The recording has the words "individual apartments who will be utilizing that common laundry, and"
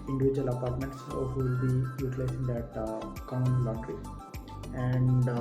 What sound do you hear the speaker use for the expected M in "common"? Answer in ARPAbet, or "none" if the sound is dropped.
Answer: none